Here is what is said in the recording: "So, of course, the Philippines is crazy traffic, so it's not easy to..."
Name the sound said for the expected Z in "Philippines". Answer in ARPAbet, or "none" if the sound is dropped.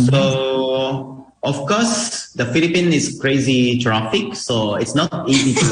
none